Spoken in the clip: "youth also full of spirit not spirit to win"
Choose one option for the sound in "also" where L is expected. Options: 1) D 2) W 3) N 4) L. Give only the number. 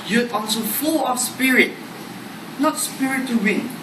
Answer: 3